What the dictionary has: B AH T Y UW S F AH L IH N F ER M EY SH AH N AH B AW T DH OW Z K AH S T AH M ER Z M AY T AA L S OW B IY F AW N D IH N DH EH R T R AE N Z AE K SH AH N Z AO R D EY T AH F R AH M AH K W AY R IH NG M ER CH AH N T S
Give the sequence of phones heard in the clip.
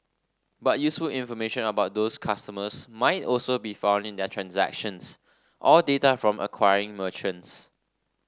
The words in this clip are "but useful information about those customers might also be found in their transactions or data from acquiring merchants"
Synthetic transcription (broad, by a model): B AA T Y UW S F AH L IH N F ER M EY SH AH N AH B AW T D OW S K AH S T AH M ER S M AY T AA L S OW B IY F AW N D IH N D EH T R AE N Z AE K SH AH N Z AO L D EY T AH F R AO M AH K W AY R IH NG M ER CH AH N T S